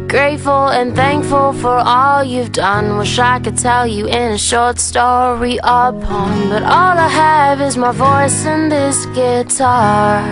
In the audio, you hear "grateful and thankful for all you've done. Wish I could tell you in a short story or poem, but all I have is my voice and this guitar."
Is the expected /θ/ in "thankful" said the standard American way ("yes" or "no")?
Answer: yes